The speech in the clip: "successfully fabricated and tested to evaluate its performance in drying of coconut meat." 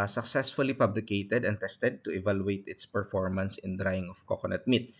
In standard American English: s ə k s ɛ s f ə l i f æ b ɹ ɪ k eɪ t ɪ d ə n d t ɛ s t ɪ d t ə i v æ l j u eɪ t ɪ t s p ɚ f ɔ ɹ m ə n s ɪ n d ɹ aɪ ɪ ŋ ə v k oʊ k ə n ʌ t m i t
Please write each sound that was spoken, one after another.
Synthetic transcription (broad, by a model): s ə k s ɛ s f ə l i p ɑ b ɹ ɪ k eɪ t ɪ d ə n t ɛ s t ɪ d t ə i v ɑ l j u eɪ t ɪ t s p ɚ f ɔ ɹ m ə n s ɪ n d ɹ aɪ ɪ ŋ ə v k oʊ k ə n ʌ t m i t